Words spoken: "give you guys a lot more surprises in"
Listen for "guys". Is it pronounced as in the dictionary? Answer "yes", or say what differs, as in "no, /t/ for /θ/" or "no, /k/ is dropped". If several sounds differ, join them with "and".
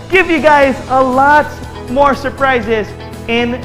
yes